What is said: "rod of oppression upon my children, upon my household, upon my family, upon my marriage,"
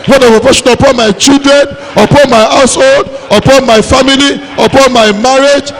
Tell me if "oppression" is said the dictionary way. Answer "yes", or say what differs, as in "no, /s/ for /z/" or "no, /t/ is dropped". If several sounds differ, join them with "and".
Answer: no, /ɹ/ is dropped